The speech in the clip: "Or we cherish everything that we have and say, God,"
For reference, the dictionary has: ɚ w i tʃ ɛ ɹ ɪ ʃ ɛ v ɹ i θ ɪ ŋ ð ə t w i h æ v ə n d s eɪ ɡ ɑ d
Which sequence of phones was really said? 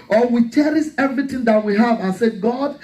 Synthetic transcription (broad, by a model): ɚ w i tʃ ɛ ɹ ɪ s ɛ v ɹ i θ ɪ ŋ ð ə t w i h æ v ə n s eɪ ɡ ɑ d